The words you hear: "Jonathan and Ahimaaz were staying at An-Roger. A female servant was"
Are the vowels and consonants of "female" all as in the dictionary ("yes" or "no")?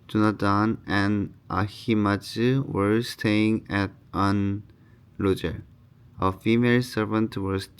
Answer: yes